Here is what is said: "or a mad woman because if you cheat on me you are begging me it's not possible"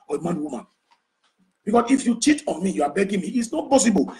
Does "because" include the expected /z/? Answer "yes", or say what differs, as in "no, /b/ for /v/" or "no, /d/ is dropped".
no, /s/ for /z/